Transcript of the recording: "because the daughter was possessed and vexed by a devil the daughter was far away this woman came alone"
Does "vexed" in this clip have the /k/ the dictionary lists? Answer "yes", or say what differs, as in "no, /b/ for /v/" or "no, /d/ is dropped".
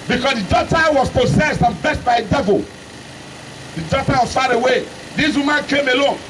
no, /k/ is dropped